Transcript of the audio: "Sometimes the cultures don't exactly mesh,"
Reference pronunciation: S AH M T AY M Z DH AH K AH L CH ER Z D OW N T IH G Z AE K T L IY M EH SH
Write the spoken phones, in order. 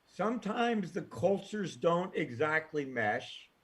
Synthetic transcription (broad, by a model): S AH M T AY M Z DH AH K AH L CH ER Z D OW N T IH G Z AE K T L IY M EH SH